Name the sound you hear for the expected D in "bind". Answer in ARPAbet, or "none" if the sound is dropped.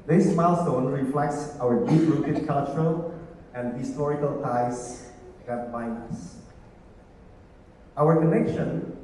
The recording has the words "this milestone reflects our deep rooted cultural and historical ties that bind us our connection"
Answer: none